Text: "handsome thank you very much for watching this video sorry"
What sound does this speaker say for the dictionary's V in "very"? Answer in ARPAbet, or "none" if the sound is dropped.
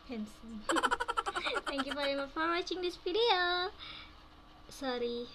F